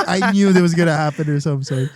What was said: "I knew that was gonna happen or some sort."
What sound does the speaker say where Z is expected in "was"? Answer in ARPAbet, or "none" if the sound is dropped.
Z